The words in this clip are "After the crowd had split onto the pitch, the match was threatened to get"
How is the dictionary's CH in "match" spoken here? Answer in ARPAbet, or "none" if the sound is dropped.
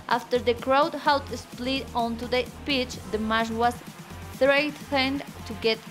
SH